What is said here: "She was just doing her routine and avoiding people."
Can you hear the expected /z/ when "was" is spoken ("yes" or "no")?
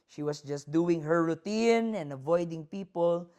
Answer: no